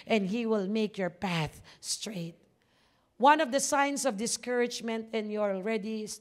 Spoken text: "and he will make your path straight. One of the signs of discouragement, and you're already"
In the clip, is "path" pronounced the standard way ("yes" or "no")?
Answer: yes